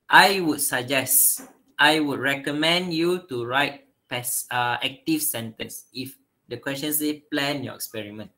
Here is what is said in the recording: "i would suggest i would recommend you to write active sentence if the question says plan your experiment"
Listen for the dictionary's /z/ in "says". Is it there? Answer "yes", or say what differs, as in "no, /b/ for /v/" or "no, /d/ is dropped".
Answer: no, /z/ is dropped